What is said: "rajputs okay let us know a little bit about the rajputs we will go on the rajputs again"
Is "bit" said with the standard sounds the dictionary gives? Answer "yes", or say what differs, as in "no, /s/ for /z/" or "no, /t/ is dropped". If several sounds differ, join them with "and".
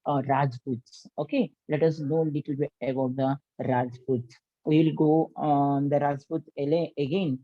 no, /t/ is dropped